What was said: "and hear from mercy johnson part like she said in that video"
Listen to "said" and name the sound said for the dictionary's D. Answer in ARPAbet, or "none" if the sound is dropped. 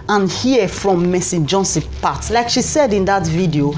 D